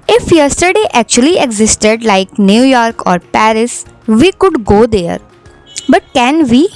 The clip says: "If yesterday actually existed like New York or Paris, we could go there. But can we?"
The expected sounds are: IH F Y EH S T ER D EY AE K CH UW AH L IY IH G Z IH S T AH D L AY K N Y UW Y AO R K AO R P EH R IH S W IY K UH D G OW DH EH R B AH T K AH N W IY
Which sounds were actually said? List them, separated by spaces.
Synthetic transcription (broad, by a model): IH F Y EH S T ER D EY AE K CH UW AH L IY IH G Z IH S T AH D L AY K N Y UW Y AO R K AO R P EH R IH S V IY K UH D G OW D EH R B AH T K AH N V IY